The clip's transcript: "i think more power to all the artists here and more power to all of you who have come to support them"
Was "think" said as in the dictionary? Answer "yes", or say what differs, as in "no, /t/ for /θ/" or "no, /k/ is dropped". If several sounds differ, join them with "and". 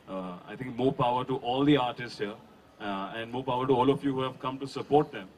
no, /t/ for /θ/